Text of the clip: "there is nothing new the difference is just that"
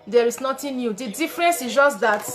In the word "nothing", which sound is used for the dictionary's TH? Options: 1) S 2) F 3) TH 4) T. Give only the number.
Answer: 4